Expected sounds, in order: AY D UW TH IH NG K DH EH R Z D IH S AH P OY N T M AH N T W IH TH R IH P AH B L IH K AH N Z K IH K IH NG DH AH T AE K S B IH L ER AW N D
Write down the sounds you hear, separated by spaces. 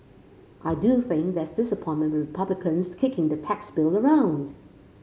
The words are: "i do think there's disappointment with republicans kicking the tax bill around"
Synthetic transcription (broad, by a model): AY D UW TH IH NG K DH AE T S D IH S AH P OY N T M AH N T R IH P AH B L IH K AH N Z K IH K IH NG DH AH T AE K S B IH L ER AW N D